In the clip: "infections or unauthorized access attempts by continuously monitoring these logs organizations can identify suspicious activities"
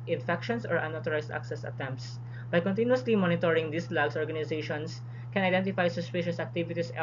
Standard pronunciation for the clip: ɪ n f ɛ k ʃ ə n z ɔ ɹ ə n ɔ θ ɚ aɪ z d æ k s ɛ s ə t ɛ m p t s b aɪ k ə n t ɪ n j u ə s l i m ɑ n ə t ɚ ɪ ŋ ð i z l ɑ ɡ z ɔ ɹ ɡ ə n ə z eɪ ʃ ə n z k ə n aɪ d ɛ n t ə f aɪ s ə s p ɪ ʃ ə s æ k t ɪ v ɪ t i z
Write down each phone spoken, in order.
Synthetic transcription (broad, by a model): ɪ n f ɛ k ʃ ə n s ɔ ɹ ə n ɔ t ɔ aɪ s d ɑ k s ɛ s ə t ɛ m p t s b aɪ k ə n t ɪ n j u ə s l i m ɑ n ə t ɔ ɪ ŋ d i s l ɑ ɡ s ɔ ɹ ɡ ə n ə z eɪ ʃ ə n s k ə n aɪ d ɛ n t ə f aɪ s ə s p ɪ ʃ ə s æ k t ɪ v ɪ t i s